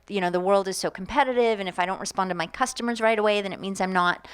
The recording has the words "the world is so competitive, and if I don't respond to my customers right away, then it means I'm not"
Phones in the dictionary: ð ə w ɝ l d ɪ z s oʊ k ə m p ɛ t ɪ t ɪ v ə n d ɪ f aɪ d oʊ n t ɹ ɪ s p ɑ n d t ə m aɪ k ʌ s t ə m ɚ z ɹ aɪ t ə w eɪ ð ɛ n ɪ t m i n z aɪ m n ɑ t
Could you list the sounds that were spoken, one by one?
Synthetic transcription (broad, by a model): ð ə w ɝ l d ɪ z s oʊ k m p ɛ t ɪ t ɪ v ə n ɪ f aɪ d oʊ n t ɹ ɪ s p ɑ n t ə m aɪ k ʌ s t ə m ɚ z ɹ aɪ t ə w eɪ ð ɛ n ɪ t m i n z aɪ m n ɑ t